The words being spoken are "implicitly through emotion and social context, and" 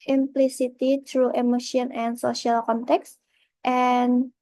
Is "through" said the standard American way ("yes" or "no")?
no